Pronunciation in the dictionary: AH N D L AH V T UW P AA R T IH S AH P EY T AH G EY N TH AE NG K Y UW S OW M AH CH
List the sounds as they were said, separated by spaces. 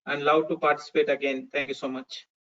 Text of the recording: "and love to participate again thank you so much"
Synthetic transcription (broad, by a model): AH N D L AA W T UW P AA R T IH S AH P EY T AH G EY N T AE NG K Y UW S OW M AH CH